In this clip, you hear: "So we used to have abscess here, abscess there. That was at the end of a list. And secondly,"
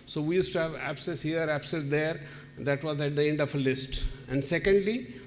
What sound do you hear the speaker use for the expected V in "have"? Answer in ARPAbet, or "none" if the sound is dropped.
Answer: V